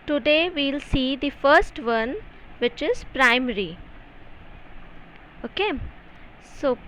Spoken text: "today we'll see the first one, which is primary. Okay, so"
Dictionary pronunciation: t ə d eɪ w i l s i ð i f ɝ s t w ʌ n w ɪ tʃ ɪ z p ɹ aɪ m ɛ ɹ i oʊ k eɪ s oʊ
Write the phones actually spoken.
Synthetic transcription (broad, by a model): t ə d eɪ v i l s i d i f ɝ s t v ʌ n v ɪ tʃ ɪ z p ɹ aɪ m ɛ ɹ i oʊ k eɪ s oʊ